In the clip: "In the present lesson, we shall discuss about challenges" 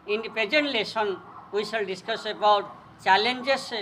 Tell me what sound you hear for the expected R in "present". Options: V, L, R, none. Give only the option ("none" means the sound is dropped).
none